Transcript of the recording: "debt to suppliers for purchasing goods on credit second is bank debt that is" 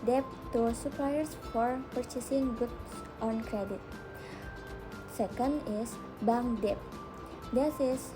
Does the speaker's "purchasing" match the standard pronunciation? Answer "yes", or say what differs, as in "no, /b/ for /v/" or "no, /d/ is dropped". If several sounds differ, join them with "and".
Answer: yes